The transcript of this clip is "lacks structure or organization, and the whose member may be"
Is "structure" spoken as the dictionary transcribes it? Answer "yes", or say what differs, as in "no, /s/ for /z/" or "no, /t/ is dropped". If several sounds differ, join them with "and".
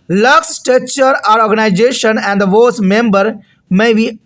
no, /ɹ/ is dropped